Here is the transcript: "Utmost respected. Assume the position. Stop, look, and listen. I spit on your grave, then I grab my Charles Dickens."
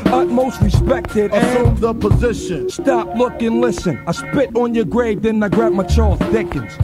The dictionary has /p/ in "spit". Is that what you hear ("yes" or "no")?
yes